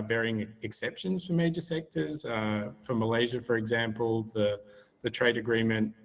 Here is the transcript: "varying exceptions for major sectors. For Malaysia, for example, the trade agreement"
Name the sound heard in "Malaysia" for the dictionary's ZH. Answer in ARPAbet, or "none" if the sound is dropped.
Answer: ZH